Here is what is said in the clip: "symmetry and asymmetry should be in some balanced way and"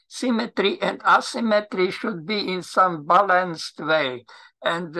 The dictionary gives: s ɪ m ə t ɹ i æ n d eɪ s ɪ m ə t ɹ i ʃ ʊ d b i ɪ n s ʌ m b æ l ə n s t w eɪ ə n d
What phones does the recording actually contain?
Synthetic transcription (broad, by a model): s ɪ m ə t ɹ i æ n d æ s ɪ m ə t ɹ i ʃ ʊ d b i ɪ n s ʌ m b æ l ə n s t w eɪ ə n d